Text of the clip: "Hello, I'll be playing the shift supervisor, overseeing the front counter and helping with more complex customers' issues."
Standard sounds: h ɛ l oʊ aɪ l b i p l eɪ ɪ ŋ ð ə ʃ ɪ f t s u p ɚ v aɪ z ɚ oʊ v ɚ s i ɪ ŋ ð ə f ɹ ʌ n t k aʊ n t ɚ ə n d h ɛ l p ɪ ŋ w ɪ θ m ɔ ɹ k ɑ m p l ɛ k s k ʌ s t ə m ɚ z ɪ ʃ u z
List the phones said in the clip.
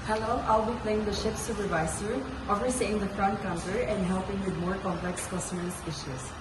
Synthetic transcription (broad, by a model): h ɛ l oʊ aɪ l b i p l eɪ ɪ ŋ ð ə ʃ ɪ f s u p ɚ v aɪ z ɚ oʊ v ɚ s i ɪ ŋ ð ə f ɹ ʌ n t k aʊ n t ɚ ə n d h ɛ l p ɪ ŋ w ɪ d m ɔ ɹ k ɑ m p l ɛ k s k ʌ s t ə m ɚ s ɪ ʃ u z